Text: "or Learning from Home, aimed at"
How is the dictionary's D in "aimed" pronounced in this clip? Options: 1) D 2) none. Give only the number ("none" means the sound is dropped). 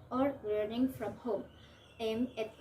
2